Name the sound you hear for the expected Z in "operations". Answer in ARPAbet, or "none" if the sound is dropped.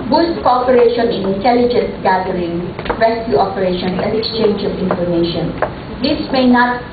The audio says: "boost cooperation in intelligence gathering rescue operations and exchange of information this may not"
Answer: none